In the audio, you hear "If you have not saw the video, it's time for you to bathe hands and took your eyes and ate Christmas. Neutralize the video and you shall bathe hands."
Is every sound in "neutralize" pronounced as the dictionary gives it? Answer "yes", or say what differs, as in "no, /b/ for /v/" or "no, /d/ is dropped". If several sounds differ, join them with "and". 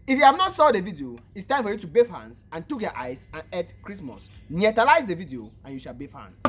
no, /ɹ/ is dropped